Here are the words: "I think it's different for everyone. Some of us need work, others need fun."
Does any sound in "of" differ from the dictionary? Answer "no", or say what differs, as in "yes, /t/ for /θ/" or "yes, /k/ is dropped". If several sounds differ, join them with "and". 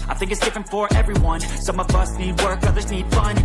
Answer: no